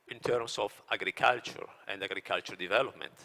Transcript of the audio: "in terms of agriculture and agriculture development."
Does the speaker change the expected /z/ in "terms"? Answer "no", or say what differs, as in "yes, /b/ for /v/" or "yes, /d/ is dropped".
yes, /s/ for /z/